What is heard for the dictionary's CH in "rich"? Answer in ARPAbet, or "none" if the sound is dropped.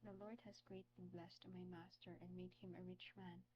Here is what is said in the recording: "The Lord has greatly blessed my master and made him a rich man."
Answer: CH